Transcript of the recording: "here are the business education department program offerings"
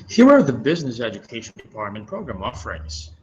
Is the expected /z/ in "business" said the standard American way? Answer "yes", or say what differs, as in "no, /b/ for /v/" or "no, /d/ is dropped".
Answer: yes